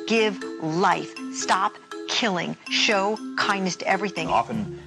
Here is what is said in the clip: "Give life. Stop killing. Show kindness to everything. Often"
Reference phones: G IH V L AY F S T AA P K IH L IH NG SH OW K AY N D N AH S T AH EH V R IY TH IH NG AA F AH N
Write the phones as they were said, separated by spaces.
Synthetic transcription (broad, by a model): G IH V L AY F S T AA P K IH L IH NG SH OW K AY N D AH S T EH V R IY TH IH NG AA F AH N